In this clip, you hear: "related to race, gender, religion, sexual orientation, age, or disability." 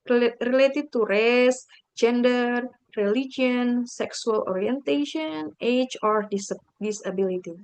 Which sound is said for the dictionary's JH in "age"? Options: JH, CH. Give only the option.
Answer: CH